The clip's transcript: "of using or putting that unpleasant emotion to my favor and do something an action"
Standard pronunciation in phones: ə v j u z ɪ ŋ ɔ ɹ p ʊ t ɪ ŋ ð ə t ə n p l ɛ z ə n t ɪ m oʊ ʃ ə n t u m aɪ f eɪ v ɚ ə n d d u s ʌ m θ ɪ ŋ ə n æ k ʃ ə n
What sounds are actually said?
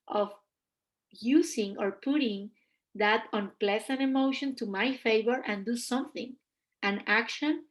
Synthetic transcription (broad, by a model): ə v j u s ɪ ŋ ɔ ɹ p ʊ t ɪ ŋ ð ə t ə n p l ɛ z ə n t ɪ m oʊ ʃ ə n t u m aɪ f eɪ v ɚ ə n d d u s ʌ m θ ɪ ŋ ə n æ k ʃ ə n